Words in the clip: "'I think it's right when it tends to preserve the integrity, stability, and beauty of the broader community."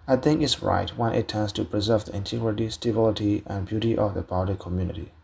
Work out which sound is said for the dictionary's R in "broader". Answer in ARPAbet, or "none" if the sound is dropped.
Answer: none